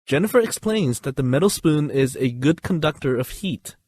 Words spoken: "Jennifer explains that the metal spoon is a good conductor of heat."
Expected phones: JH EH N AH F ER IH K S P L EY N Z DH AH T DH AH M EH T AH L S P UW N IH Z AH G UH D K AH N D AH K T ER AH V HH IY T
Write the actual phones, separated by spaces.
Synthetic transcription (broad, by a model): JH EH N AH F ER IH K S P L EY N Z DH AH T DH AH M EH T L S P UW N IH Z AH G UH D K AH N D AH K T ER AH V HH IY T